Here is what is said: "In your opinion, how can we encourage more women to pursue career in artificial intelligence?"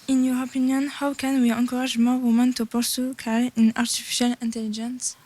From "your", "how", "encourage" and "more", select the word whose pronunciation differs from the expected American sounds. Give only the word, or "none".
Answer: encourage